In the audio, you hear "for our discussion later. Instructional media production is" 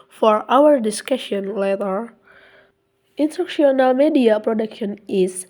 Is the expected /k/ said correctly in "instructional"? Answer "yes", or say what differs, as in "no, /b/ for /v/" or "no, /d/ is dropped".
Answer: no, /k/ is dropped